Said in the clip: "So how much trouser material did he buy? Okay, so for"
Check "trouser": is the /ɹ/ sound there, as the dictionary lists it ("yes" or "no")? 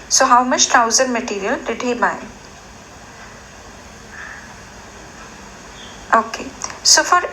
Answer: no